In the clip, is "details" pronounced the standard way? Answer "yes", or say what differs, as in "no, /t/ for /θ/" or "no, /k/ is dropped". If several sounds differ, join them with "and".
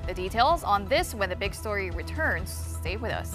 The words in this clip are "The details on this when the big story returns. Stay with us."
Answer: yes